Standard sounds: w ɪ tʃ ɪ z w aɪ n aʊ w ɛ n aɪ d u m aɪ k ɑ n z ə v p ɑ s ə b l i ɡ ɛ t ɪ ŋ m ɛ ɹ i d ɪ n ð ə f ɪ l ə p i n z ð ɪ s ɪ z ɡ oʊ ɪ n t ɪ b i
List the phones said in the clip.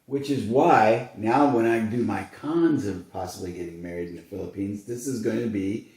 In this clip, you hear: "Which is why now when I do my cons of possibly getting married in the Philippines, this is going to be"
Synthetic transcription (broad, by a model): w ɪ tʃ ɪ z w aɪ n aʊ w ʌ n aɪ d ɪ m aɪ k ɑ n z ə v p ɑ s ə b l i ɡ ɛ t ɪ ŋ m ɛ ɹ i d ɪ n ð ə f ɪ l ə p i n z ð ɪ s ɪ z ɡ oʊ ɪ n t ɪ b i